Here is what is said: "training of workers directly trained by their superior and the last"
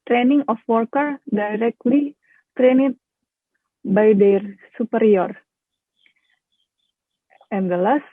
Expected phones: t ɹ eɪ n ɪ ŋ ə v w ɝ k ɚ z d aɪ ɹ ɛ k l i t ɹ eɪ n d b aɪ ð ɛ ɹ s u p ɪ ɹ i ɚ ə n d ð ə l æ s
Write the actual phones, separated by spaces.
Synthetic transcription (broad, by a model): t ɹ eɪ n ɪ ŋ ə f w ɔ k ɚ d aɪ ɹ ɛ k l i t ɹ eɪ n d b aɪ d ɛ ɹ s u p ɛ ɹ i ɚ ə n d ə l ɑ s